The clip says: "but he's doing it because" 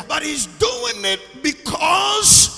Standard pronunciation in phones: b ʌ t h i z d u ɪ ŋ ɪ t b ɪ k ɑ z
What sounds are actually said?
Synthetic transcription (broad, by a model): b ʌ t h i z d u ɪ ŋ ɪ t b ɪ k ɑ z